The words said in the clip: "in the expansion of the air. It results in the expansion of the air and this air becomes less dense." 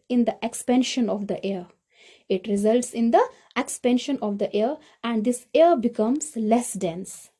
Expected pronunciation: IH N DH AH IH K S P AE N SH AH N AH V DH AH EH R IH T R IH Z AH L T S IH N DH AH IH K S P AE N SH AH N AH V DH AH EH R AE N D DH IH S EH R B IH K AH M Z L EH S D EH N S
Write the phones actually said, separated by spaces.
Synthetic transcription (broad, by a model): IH N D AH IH K S P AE N SH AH N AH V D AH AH R IH T R IH Z AH L T S IH N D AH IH K S P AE N SH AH N AH V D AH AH R AE N D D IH S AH R B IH K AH M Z L EH S D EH N S